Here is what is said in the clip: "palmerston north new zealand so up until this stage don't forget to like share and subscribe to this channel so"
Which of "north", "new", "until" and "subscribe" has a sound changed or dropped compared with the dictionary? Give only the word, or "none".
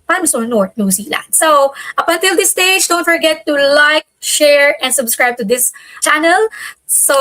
north